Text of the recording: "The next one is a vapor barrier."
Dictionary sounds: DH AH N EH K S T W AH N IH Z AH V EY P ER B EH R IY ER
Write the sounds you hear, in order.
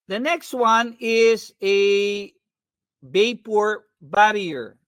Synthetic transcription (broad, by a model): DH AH N EH K S T W AH N IH Z AH B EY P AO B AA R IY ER